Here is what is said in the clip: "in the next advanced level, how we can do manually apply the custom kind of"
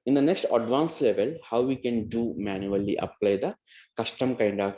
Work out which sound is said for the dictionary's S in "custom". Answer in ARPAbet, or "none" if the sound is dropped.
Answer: SH